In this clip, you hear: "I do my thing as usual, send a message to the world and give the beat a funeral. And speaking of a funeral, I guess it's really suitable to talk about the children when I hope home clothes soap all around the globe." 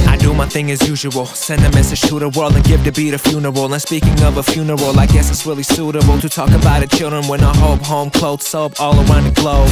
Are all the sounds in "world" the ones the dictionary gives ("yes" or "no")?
yes